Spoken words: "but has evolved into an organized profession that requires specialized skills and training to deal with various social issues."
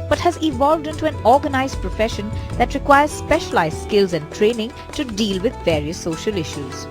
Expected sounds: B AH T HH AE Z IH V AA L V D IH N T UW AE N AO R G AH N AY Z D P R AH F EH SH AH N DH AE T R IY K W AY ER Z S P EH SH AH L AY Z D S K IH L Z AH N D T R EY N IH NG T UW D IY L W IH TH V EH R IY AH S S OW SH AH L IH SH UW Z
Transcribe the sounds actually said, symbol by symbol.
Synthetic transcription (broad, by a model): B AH T HH AE Z IH V AA L V D IH N T UW AE N AO R G AH N AY Z D P R AH F EH SH AH N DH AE T R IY K W AY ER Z S P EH SH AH L AY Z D S K IH L Z AH N D T R EY N IH NG T UW D IY L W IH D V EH R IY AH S S OW SH AH L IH SH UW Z